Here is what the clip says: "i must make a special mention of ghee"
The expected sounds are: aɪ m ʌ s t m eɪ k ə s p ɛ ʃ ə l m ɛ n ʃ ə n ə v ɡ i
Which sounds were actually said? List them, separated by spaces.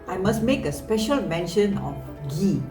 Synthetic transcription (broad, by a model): aɪ m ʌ s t m eɪ k ə s p ɛ ʃ ə l m ɛ n ʃ ə n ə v ɡ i